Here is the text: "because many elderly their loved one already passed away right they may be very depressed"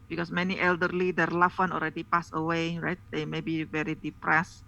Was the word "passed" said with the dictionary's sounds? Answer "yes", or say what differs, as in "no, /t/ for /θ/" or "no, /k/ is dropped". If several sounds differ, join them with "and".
no, /t/ is dropped